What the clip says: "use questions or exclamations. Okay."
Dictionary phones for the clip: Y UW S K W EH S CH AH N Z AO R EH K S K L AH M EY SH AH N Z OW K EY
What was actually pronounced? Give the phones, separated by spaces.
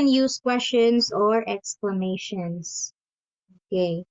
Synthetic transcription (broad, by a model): Y UW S K W EH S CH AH N S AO R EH K S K L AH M EY SH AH N S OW K EY